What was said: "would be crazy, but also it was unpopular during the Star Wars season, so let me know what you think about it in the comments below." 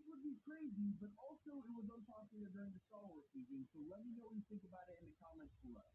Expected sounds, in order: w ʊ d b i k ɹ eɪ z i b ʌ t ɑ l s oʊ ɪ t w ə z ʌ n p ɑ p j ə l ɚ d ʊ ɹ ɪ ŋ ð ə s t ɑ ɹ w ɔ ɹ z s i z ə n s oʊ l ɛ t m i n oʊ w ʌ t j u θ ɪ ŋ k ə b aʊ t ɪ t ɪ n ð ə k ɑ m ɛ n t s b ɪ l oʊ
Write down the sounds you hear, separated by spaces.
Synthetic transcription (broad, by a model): w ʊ d b i k ɹ eɪ z i b ʌ t ɑ l s oʊ ɪ t w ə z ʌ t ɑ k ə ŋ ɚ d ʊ ɹ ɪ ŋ ð ə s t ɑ l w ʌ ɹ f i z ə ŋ s oʊ l ɛ t m i n oʊ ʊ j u θ ɪ ŋ k ə b aʊ t ɪ t ɪ n ð ə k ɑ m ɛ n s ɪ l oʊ